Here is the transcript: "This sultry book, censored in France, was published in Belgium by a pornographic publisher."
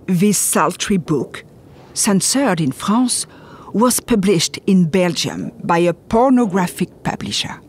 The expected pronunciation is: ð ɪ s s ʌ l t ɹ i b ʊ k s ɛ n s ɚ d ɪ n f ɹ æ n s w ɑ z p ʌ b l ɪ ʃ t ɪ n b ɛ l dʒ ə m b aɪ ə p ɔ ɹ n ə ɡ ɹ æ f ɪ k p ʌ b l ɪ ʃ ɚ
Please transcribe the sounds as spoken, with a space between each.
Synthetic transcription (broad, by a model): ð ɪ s s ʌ l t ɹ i b ʊ k s ɛ n s ɚ d ɪ n f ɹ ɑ s w ɑ z p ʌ b l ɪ ʃ t ɪ n b ɛ l dʒ ə m b aɪ ə p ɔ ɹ n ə ɡ ɹ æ f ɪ k p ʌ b l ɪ ʃ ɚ